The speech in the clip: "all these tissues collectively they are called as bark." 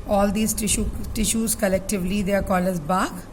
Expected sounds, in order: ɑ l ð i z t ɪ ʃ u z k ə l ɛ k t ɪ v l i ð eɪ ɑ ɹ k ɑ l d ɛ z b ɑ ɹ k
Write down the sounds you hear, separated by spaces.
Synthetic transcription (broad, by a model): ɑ l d i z t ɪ ʃ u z k ə l ɛ k t ɪ v l i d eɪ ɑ ɹ k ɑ l ɛ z b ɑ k